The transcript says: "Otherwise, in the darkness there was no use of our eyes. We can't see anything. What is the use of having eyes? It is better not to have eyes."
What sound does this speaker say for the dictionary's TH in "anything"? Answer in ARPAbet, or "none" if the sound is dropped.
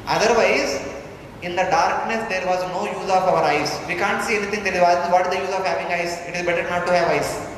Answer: T